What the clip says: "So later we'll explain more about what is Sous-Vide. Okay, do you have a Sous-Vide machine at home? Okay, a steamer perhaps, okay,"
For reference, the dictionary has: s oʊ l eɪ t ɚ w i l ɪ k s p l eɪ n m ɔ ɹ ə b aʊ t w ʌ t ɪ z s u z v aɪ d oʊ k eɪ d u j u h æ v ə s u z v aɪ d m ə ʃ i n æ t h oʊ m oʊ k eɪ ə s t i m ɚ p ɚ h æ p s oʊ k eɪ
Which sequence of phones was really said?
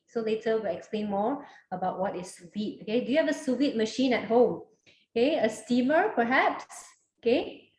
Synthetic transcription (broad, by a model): s oʊ l eɪ t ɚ w i l ɪ k s p l eɪ n m ɔ ɹ ə b aʊ t w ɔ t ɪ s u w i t oʊ k eɪ d u j u h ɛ v ə s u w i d m ə ʃ i n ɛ t h oʊ m oʊ k eɪ ə s t i m ɚ p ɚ h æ p s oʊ k eɪ